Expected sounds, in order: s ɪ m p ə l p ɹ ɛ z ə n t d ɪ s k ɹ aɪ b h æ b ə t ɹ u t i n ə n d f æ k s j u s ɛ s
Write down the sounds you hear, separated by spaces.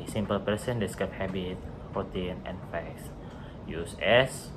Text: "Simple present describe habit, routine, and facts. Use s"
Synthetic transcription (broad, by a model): s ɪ m p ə l p ɛ s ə n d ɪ s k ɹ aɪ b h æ b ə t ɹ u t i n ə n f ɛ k s j u s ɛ s